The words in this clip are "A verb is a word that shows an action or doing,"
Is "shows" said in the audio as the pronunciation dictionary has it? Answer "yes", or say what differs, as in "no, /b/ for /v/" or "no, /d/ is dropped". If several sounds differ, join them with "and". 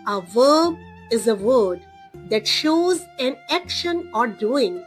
yes